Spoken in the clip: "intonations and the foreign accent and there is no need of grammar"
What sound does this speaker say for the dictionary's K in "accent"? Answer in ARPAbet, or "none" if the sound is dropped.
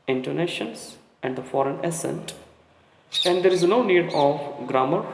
none